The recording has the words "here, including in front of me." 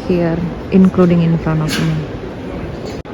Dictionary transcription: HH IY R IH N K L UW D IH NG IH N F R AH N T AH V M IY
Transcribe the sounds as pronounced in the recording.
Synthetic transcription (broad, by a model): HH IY R IH N K L UW D IH NG IH N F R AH N AH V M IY